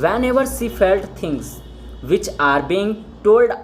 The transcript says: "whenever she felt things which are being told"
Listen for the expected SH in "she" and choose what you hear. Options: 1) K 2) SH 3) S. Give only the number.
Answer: 3